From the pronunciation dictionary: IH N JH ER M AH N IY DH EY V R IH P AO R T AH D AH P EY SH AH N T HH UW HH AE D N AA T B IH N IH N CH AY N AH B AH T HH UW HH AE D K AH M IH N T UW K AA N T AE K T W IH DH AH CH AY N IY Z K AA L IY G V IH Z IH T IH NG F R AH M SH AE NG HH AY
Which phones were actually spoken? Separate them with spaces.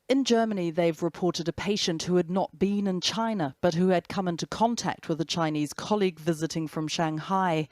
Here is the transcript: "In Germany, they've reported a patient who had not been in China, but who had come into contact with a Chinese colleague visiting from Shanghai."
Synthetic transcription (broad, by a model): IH N JH ER M AH N IY DH EY V R IH P AO R T AH D AH P EY SH AH N T HH UW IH D N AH T B IH N IH N CH AY N AH B AH T HH UW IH D K AH M IH N T UW K AA N T AE K T W IH DH AH CH AY N IY Z K AA L IY G V IH Z IH T IH NG F R AH M SH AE NG HH AY